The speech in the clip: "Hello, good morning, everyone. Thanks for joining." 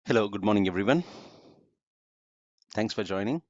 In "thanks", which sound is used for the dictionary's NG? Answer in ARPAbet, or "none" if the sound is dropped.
NG